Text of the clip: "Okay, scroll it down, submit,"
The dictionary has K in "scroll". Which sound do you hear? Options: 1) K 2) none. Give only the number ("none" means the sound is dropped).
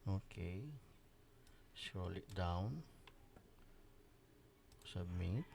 2